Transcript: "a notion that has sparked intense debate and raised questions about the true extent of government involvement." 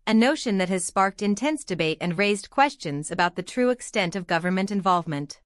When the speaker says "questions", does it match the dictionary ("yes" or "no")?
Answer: yes